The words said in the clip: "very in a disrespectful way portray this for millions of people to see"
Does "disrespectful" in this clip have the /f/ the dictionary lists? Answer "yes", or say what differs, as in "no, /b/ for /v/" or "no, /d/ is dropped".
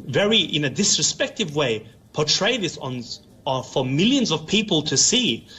no, /f/ is dropped